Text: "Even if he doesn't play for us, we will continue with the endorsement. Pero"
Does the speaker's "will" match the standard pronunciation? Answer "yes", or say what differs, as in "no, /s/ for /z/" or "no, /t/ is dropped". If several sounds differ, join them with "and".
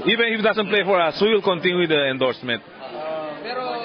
yes